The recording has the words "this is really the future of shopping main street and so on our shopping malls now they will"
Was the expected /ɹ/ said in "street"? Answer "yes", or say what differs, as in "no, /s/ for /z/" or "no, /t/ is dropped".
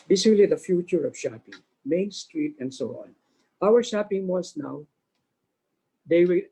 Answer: yes